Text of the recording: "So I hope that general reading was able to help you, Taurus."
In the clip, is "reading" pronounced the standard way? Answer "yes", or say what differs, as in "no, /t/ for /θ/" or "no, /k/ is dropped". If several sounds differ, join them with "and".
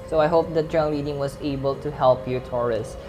no, /l/ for /ɹ/